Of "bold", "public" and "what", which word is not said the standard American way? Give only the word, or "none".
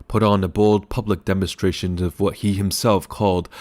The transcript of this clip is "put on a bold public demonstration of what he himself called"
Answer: bold